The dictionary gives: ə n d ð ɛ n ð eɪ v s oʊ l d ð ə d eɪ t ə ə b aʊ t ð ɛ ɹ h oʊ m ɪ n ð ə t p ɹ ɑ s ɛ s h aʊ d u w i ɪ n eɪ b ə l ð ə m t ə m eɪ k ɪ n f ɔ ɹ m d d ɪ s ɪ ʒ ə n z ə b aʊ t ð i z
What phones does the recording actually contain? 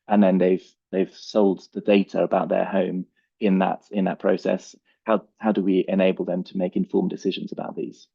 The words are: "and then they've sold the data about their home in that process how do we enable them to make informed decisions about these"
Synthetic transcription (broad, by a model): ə n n ð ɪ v ð eɪ v s oʊ l d ð ə d eɪ t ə ə b aʊ t ð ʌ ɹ h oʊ m ɪ n ð ə t p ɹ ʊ s ɛ s h aʊ d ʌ w i ɪ n eɪ b ə l ð ə m t ə m eɪ k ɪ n f ɔ m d d ɪ s ɪ ʒ ə n z ə b aʊ t ð i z